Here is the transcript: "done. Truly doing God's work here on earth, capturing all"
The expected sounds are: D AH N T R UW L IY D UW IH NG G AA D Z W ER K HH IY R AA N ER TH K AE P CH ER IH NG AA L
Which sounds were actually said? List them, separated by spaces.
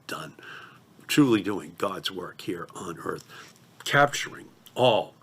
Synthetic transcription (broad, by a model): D AH N T R UW L IY D UW IH NG G AA D Z W ER K HH IY R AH N ER TH K AE P CH ER IH NG AA L